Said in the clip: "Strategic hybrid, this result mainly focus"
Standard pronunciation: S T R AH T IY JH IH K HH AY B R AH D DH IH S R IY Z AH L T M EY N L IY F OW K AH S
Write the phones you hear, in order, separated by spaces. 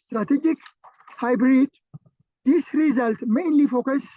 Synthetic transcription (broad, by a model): S T R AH T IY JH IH K HH AY B R AH D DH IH S R IY Z AH L T M EY N L IY F OW K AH S